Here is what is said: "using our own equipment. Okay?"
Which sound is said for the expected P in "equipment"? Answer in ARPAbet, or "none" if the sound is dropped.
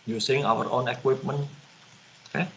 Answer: P